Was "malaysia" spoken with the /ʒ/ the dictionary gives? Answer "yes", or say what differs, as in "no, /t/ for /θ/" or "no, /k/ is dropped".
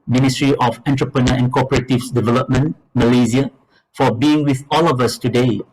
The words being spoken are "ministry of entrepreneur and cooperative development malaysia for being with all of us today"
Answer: no, /z/ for /ʒ/